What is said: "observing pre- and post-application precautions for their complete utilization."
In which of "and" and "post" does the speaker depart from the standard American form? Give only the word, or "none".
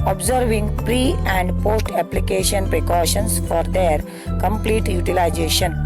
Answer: none